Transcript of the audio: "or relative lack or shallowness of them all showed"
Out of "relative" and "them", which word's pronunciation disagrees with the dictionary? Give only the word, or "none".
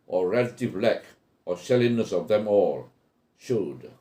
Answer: none